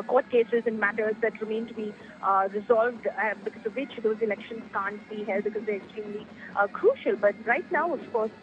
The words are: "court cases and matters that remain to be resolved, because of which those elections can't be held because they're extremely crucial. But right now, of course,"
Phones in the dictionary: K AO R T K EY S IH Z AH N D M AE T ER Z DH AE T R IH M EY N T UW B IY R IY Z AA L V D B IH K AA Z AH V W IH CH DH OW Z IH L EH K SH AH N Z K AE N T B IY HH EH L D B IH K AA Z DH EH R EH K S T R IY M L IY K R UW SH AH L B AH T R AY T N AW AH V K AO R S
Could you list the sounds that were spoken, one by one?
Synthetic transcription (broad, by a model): K AO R T K EY S IH Z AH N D M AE T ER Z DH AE T R IH M EY N T UW B IY R IY Z AA L V D B IH K AA Z AH V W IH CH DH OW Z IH L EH K SH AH N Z K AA N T B IY HH EH L D B IH K AA Z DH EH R EH K S T R IY M L IY K R UW SH AH L B AH T R AY T N AW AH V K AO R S